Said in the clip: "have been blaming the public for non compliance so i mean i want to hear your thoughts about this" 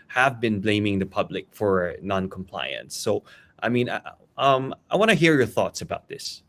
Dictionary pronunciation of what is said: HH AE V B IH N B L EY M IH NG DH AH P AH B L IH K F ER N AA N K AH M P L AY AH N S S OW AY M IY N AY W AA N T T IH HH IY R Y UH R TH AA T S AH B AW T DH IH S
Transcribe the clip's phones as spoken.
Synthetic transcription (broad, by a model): HH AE V B IH N B L EY M IH NG DH AH P AH B L IH K F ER N AA N K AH M P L AY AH N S S OW AY M IY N AY W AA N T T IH HH IY R Y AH R TH AA T S AH B AW T DH IH S